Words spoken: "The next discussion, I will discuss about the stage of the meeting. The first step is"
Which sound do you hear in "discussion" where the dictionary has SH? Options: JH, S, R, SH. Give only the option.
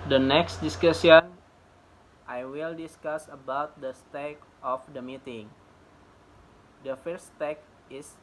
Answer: S